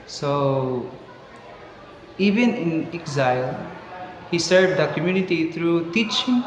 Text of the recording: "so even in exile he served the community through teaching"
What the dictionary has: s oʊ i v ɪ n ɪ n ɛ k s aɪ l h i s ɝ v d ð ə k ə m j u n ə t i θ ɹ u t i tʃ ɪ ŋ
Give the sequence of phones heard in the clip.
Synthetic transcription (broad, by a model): s oʊ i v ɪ n ɪ n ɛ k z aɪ l h i s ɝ d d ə k ə m j u n ə t i t ɹ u t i tʃ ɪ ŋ